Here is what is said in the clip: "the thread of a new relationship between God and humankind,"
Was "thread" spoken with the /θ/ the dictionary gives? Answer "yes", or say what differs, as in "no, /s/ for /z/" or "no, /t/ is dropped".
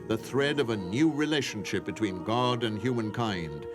yes